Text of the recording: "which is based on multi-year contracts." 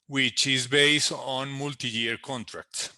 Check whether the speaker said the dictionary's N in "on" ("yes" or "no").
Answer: yes